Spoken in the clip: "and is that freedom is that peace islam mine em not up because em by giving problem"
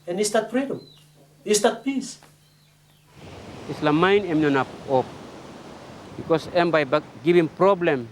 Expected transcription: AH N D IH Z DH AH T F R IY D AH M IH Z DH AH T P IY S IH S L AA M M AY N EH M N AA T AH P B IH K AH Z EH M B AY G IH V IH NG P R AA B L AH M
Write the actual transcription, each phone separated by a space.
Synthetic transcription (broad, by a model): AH N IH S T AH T F R IY D AH M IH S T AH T P IY S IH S L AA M M AY N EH M N AA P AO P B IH K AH S EH M B AY G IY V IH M P R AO B L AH M